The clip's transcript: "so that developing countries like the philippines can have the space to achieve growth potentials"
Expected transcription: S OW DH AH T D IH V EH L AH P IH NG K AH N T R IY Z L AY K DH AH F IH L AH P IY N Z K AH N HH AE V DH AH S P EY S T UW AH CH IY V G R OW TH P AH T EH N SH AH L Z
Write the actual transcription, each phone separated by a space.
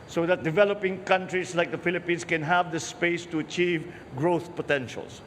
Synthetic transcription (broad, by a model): S OW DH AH T D IH V EH L AH P IH NG K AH N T R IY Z L AY K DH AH F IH L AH P IY N S K AH N HH AE V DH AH S P EY S T UW AH CH IY V G R OW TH P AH T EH N SH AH L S